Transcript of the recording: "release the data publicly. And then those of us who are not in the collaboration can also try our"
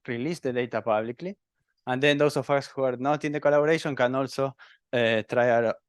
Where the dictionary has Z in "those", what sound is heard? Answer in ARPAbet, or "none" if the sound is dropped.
S